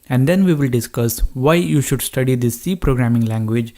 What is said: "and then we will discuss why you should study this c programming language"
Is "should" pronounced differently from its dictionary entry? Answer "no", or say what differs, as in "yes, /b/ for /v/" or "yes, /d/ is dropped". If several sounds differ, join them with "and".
no